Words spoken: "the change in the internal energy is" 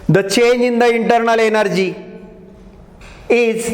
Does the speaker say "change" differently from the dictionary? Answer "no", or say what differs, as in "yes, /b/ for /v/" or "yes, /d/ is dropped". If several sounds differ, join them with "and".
yes, /dʒ/ is dropped